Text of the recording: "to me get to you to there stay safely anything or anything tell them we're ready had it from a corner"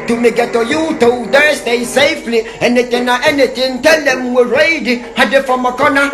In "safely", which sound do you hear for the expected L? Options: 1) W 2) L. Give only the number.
2